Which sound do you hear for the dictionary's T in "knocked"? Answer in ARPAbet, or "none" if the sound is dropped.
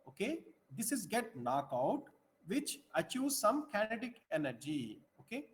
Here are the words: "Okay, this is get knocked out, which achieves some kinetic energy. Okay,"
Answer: none